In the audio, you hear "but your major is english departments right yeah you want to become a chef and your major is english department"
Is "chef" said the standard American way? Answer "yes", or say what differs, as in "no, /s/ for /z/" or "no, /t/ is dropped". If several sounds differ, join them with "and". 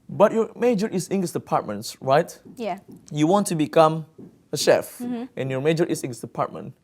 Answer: yes